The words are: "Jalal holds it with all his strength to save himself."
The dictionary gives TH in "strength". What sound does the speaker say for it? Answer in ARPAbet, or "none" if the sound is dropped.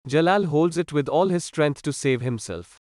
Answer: T